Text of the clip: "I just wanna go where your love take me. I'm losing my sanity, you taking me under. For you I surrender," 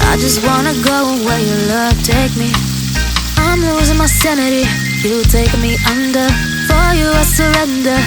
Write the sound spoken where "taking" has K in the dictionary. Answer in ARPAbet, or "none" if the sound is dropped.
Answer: none